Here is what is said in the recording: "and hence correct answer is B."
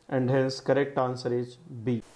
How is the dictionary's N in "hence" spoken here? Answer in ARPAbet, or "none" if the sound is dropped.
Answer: L